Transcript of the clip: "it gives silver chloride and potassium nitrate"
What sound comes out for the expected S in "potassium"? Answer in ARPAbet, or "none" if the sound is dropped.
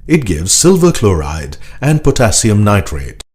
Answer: S